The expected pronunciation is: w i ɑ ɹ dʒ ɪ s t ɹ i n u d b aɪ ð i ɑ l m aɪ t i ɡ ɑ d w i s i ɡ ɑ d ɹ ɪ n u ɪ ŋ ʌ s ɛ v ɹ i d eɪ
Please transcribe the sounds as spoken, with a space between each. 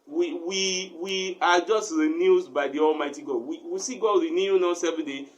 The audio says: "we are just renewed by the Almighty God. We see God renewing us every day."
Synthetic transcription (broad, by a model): w i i w dʒ ɪ s t ɹ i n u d b aɪ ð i ɑ l m aɪ t i ɡ ɑ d w i s i ɡ ɑ d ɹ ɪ n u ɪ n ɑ s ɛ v i d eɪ